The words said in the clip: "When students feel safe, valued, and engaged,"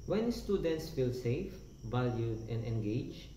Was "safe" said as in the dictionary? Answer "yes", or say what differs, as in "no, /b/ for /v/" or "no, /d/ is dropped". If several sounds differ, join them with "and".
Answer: yes